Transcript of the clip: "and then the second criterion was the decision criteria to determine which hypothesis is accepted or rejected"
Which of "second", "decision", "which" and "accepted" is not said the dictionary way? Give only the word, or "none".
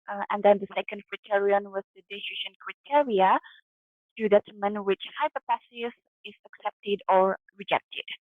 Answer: decision